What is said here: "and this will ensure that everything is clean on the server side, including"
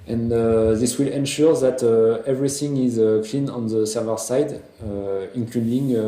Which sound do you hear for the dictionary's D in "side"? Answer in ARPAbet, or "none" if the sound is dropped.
D